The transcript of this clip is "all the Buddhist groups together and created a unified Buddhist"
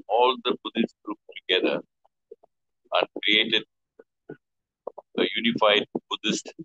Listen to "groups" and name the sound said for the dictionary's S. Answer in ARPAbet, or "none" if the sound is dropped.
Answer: none